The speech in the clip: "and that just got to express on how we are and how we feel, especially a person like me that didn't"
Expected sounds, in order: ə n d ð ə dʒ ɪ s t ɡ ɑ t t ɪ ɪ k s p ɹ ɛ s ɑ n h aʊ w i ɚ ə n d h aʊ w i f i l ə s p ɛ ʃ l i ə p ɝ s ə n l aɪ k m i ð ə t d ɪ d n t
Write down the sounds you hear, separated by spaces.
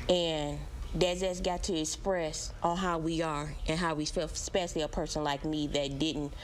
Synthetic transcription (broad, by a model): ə n d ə z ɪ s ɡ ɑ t t ɪ ɪ k s p ɹ ɛ s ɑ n h aʊ w i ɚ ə n h aʊ w i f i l s p ɛ ʃ l i ə p ɝ s ə n l aɪ k m i ð ə t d ɪ d n t